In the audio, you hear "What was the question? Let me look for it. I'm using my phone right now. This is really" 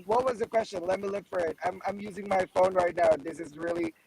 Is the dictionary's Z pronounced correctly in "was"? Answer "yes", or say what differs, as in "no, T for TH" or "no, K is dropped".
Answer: yes